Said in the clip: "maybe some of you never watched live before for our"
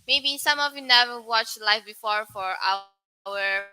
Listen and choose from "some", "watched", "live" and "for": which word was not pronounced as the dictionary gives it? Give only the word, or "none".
live